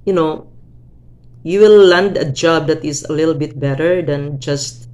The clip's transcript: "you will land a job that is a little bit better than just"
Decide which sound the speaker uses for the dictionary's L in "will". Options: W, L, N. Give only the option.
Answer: W